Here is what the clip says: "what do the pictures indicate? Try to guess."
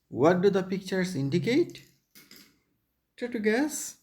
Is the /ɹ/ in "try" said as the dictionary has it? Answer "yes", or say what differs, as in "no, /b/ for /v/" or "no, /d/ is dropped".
no, /ɹ/ is dropped